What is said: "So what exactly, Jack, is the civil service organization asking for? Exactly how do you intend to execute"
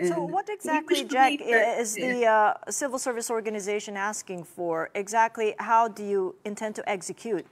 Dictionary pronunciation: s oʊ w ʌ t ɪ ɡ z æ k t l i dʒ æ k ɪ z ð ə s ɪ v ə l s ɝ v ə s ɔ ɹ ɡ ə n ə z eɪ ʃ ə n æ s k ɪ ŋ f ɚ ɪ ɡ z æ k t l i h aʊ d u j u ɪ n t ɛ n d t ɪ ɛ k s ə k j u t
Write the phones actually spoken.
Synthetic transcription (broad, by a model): s oʊ w ʌ t ɪ ɡ z æ k t l i dʒ æ k ɪ z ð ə s ɪ v l s ɝ v ə s ɔ ɹ ɡ ə n ə z eɪ ʃ ə n æ s k ɪ ŋ f ɚ ɪ ɡ z æ k t l i h aʊ d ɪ j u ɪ n t ɛ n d t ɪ ɛ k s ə k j u t